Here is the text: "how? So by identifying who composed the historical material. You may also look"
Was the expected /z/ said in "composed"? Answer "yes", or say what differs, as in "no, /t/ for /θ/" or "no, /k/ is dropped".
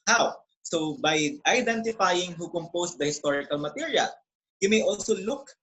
no, /s/ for /z/